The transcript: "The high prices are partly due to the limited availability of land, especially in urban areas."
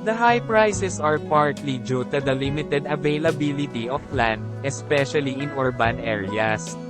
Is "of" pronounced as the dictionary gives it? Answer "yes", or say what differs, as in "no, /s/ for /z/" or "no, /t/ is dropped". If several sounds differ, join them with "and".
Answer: no, /p/ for /v/